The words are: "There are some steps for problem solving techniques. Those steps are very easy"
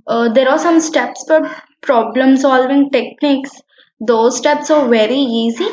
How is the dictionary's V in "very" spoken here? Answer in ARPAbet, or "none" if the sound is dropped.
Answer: V